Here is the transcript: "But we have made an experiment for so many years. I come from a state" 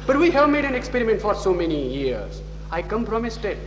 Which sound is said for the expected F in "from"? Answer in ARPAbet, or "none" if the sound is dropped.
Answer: P